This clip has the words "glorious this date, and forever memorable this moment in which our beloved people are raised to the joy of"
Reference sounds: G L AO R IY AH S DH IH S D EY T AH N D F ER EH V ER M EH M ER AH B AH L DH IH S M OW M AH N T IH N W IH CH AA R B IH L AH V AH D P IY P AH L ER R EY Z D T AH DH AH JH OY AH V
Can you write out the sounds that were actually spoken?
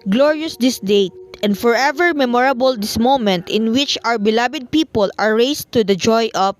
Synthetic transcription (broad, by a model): G L AO R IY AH S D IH S D EY T AH N D F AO EH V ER M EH M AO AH B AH L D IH S M OW M AH N T IH N W IH CH AA W B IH L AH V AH D P IY P AH L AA R EY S T AH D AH JH OY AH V